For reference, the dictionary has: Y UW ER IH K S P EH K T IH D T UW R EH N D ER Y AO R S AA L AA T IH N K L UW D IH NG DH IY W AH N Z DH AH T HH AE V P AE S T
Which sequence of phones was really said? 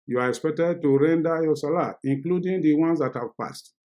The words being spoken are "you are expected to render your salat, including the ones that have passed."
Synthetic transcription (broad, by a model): Y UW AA IH K S P EH K T IH D T UW R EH N D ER Y AO S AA L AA IH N K L UW D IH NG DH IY W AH N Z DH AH T HH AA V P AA S T